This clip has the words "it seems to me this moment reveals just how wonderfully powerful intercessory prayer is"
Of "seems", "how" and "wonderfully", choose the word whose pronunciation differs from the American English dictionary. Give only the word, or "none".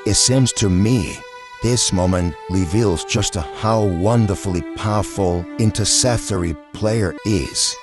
none